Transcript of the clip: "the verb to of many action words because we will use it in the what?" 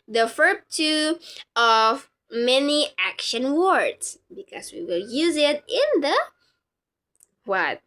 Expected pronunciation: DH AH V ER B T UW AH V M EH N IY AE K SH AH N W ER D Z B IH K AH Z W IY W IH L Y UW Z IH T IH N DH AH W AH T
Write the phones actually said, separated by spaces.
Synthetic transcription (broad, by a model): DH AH F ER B T UW AH V M EH N IY AE K SH AH N W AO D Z B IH K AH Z W IY W IH L Y UW Z IH T IH N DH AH W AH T